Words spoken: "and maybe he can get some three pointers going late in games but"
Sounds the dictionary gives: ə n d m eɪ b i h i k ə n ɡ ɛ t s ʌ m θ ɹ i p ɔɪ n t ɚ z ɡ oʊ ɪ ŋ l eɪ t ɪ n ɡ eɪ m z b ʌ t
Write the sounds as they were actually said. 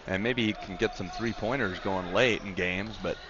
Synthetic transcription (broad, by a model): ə n m eɪ b i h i k n ɡ ɛ t s ʌ m θ ɹ i p ɔɪ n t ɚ z ɡ oʊ ɪ ŋ l eɪ t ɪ n ɡ eɪ m z b ʌ t